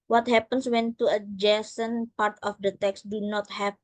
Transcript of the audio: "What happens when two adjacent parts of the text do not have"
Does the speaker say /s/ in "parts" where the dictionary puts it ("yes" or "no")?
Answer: no